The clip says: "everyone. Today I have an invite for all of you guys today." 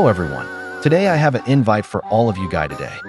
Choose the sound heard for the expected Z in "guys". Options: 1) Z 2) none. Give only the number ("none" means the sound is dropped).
2